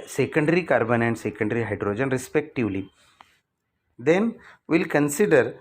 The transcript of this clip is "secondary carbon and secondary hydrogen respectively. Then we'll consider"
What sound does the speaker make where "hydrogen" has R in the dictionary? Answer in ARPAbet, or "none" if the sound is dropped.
R